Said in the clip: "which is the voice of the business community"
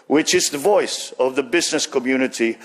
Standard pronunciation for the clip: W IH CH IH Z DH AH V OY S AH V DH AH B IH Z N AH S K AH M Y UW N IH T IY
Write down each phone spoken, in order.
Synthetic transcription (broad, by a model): W IH CH IH Z DH AH V OY S AH V DH AH B IH Z N AH S K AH M Y UW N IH T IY